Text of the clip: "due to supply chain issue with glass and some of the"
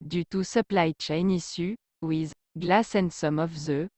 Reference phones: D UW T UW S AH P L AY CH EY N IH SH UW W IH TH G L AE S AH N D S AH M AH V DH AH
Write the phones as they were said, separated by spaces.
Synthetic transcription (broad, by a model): D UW T UW S AH P L AY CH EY N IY S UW W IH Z G L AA S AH N S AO M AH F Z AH